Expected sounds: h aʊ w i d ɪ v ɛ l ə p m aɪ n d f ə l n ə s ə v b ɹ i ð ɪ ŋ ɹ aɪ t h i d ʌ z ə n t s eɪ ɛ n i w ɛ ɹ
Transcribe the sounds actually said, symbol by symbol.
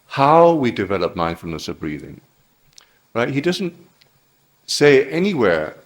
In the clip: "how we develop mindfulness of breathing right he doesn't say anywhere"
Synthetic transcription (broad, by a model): h aʊ w i d ɪ v ɛ l ə p m aɪ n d f l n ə s ə v b ɹ i ð ɪ ŋ ɹ aɪ t h i d ʌ z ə n t s eɪ ɛ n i w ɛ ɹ